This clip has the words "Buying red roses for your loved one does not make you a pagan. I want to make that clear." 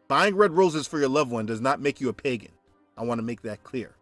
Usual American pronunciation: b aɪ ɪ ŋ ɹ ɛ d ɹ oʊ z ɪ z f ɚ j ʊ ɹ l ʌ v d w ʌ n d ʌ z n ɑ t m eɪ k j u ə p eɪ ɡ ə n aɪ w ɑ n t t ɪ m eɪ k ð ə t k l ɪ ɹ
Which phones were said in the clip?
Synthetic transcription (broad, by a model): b aɪ ɪ ŋ ɹ ɛ d ɹ oʊ z ɪ z f ɚ j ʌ ɹ l ʌ v w ʌ n d ʌ z n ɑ t m eɪ k j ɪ ə p eɪ ɡ ə n aɪ w ɑ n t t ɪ m eɪ k ð ə t k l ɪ ɹ